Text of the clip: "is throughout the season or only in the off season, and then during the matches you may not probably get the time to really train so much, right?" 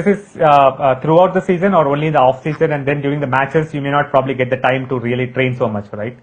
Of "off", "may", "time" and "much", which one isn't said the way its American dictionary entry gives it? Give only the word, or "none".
none